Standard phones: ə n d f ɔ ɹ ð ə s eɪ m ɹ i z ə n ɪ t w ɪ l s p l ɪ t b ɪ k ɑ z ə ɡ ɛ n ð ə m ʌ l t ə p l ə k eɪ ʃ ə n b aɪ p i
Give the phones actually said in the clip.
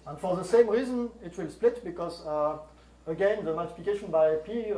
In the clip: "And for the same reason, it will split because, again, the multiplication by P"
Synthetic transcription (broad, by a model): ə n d f ɔ ɹ ð ə s eɪ m ɹ i z ə n ɪ t w ɪ l s p l ɪ t b ɪ k ɑ z ə ɡ ɛ n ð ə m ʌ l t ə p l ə k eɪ ʃ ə n b aɪ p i